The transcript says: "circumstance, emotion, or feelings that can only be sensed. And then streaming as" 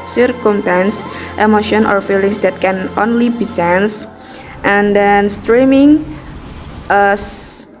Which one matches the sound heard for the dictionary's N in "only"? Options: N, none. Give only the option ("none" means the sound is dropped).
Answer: N